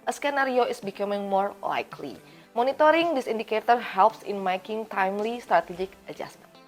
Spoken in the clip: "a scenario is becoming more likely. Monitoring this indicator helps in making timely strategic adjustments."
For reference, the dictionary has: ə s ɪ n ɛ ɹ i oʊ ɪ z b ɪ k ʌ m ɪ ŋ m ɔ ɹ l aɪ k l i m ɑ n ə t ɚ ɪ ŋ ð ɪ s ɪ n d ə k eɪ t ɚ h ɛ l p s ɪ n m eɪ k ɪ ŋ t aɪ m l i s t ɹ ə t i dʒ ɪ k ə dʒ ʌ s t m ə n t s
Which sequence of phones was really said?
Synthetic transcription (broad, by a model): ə s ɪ n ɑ ɹ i oʊ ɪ s b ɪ k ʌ m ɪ ŋ m ɔ ɹ l aɪ k l i m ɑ n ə t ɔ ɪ ŋ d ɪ s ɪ n d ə k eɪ t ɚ h ɛ l p s ɪ n m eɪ k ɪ ŋ t aɪ m l i s t ɹ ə t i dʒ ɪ k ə dʒ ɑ s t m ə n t